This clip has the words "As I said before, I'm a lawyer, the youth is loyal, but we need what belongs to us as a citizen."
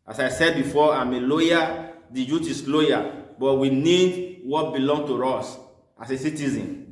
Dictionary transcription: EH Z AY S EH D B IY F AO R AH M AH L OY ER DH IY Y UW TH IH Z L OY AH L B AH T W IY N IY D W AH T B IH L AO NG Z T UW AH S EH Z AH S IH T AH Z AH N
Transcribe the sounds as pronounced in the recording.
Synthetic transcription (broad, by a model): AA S AY S EH D B IY F AO AH M AH L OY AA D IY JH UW T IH S L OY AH B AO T W IY N IY D W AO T B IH L AO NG T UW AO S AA S AH S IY T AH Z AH N